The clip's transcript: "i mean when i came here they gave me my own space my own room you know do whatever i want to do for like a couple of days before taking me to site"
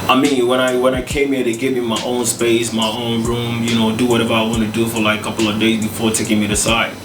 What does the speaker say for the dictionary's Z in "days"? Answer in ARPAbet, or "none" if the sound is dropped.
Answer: Z